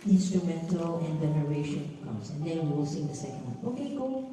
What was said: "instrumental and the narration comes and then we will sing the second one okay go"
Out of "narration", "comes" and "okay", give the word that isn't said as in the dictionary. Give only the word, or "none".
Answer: comes